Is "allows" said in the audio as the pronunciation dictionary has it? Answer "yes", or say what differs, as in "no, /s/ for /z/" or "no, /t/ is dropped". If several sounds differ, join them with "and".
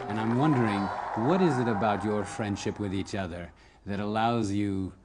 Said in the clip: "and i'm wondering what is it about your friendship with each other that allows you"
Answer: yes